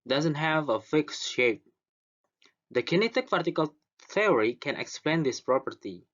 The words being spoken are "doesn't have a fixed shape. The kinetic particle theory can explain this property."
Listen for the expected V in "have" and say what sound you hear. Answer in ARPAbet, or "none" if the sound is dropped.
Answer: V